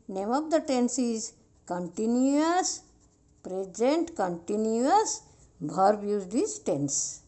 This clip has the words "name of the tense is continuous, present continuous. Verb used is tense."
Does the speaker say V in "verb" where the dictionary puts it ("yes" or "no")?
no